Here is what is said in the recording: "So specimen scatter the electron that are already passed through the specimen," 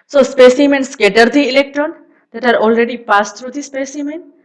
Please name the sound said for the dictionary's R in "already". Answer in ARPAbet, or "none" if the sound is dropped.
R